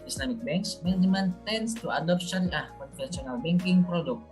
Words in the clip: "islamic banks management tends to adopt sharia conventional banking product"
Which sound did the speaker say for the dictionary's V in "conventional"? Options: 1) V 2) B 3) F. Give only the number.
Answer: 3